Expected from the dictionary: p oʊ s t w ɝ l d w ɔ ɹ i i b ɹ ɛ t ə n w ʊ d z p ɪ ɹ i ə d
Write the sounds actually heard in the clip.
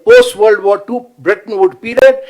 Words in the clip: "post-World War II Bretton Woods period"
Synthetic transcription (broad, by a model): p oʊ s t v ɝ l d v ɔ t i b ɹ ɛ t ə n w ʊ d p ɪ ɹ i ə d